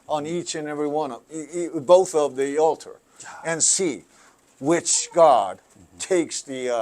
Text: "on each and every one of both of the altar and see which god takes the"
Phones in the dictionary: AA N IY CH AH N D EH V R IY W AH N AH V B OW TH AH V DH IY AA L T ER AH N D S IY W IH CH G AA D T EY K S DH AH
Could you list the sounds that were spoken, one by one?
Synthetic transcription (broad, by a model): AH N IY CH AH N EH V R IY W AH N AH B OW TH AH V DH IY AA L T ER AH N S IY W IH CH G AA D T EY K S DH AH